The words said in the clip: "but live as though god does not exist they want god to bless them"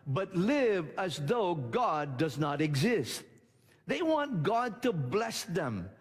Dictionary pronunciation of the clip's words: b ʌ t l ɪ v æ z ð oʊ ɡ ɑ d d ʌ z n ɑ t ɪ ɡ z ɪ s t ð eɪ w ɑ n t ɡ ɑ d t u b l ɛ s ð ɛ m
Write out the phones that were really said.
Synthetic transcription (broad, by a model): b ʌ t l ɪ v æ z ð oʊ ɡ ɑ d d ʌ z n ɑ t ɪ ɡ z ɪ s t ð eɪ w ɑ n t ɡ ɑ d t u b l ɛ s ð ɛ m